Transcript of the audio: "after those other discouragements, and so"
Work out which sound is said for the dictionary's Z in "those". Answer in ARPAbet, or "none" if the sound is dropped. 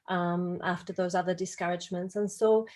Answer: Z